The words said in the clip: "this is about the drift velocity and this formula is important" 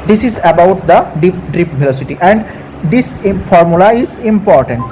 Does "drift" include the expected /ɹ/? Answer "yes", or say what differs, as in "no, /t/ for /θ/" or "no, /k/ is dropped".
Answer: no, /ɹ/ is dropped